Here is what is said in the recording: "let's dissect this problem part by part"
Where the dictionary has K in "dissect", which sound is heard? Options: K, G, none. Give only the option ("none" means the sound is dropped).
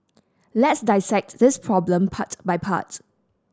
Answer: K